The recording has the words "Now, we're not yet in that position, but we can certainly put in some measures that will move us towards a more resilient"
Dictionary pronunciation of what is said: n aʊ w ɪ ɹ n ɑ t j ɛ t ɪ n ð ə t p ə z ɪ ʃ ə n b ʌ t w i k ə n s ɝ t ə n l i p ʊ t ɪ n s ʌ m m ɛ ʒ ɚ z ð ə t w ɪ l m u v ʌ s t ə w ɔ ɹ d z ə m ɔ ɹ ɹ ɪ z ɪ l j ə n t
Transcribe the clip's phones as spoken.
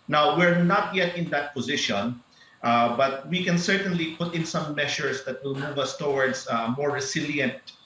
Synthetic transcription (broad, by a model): n aʊ w ɪ ɹ n ɑ t j ɛ t ɪ n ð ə t p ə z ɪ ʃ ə n b ʌ t w i k ə n s ɝ t ə n l i p ʊ t ɪ n s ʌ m m ɛ ʃ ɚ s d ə t w ɪ l m u v ʌ s t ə w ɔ ɹ d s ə m ɔ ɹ ɹ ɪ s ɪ l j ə n t